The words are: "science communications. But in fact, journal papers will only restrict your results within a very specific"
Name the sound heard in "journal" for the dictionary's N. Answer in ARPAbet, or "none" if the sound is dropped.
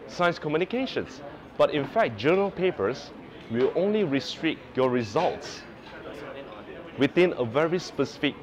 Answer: none